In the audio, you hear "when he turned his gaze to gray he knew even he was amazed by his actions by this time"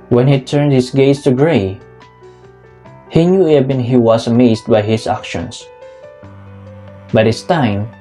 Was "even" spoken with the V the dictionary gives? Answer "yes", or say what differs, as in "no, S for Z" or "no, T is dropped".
no, B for V